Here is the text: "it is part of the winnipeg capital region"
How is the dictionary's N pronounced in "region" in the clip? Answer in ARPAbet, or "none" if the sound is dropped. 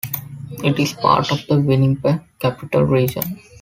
N